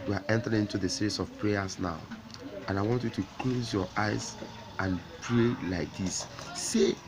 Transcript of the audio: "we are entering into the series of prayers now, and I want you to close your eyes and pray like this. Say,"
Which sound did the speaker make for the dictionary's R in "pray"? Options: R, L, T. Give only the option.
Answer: R